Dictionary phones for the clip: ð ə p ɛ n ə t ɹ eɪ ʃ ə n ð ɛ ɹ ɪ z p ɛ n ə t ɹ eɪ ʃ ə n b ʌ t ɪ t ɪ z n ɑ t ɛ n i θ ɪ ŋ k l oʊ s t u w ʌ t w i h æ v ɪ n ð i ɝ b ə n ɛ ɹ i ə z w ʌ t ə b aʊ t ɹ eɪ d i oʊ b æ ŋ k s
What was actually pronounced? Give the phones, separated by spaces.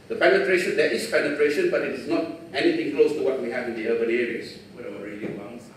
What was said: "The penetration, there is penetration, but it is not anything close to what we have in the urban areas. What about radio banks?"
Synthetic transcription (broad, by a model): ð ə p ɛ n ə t ɹ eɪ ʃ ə n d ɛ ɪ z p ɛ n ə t ɹ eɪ ʃ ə n b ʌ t ɪ t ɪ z n ɑ t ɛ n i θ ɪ ŋ k l oʊ s t u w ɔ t w i h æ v ɪ n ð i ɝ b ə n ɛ ɹ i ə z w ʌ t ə aʊ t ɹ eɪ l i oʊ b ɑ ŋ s